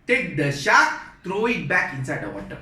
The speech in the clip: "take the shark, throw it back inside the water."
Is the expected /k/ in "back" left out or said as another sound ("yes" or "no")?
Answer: no